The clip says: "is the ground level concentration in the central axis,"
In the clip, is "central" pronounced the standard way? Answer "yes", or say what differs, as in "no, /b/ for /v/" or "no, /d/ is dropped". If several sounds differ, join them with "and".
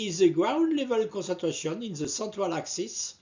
no, /n/ is dropped